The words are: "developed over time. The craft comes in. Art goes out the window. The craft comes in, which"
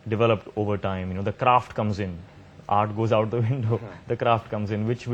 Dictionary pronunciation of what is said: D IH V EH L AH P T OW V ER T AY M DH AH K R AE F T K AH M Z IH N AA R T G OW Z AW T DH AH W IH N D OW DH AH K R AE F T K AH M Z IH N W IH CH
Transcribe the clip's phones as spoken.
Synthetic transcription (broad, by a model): D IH V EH L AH P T OW V ER T AY M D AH K R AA F T K AH M Z IH N AA R T G OW Z AW T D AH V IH N D OW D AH K R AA F T K AH M Z IH N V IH CH